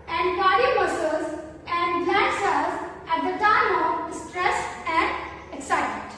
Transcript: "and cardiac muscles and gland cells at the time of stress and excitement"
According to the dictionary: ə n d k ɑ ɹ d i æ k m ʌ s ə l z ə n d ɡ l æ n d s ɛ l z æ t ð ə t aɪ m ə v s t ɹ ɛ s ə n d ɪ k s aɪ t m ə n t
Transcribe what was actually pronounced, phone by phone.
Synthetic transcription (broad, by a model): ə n d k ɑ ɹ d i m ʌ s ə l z ə n d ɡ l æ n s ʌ z æ t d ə t aɪ m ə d s t ɹ ɛ s ə n d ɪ k s aɪ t m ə n t